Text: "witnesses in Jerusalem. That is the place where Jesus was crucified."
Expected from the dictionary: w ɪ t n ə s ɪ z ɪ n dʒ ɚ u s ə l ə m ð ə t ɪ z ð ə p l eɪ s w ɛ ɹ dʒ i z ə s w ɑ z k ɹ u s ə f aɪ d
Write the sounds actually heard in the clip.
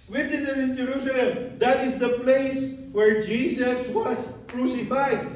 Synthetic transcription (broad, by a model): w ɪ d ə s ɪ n ɪ n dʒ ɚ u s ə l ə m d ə t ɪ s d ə p l eɪ s w ɛ ɹ dʒ i s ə s w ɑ s k ɹ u s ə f aɪ d